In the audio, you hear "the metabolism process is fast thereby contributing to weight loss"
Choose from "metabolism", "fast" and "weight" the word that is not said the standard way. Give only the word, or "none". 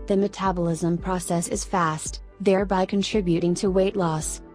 none